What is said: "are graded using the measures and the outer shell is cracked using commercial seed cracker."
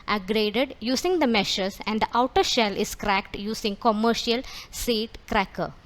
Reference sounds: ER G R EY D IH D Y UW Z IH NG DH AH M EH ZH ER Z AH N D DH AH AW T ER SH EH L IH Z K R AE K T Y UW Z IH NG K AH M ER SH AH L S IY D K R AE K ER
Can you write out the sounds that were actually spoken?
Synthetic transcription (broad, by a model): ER G R EY D IH D Y UW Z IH NG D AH M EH SH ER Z AH N D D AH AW T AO SH EH L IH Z K R AE K T Y UW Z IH NG K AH M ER SH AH L S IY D K R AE K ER